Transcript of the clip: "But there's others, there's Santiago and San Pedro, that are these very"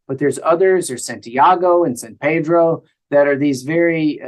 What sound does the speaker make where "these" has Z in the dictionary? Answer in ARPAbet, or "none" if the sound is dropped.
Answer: Z